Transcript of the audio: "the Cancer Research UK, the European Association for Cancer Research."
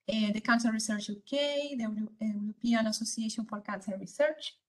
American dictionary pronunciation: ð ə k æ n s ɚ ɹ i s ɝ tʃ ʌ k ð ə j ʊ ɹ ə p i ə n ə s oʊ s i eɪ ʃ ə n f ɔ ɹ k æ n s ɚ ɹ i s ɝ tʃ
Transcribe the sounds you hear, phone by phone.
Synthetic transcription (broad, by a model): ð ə k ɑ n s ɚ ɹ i s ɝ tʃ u k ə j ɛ w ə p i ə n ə s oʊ s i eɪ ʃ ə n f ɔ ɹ k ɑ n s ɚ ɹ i s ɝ tʃ